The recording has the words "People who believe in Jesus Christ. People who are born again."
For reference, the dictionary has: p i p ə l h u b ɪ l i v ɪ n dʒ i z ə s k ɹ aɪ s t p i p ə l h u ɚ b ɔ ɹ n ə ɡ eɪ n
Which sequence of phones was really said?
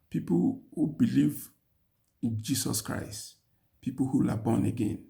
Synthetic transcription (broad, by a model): p i p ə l h u b ɪ l i v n dʒ i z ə s k ɹ aɪ s t p i p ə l h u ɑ b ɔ n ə ɡ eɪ n